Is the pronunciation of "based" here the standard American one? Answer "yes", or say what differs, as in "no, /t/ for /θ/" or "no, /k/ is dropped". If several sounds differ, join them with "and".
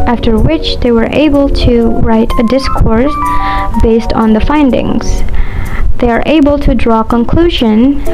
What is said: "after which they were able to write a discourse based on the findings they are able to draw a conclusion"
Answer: yes